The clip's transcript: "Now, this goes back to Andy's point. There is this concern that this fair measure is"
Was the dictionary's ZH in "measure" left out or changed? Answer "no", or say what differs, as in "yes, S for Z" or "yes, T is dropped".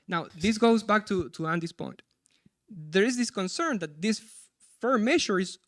yes, SH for ZH